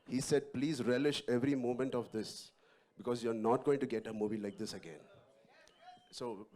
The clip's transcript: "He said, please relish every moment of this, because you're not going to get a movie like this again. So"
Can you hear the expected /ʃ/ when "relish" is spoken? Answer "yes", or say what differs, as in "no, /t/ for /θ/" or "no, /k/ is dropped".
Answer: yes